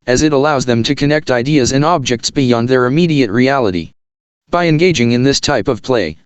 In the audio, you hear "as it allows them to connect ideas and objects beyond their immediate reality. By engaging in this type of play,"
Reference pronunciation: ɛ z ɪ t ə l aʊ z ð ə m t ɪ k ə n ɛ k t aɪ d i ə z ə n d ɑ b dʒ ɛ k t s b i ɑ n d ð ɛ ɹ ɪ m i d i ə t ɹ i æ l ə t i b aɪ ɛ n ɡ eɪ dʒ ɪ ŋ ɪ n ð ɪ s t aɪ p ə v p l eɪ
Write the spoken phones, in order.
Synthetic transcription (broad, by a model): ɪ z ɪ t ə l aʊ z ð ə m t ɪ k ə n ɛ k t aɪ d i ə z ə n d ɑ b dʒ ɛ k t s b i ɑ n d ð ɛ ɹ ɪ m i d i ə t ɹ i æ l ə t i b aɪ ɛ n ɡ eɪ dʒ ɪ ŋ ɪ n ð ɪ s t aɪ p ə v p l eɪ